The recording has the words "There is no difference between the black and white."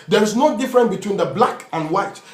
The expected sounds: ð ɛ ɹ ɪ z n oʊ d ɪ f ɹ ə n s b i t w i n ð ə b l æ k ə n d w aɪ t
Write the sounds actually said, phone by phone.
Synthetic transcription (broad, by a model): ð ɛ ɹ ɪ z n oʊ d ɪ f ɹ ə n b i t w i n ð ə b l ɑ k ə n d w aɪ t